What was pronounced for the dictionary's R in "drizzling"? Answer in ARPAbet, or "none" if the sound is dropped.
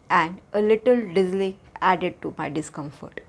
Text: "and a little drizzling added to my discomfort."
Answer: none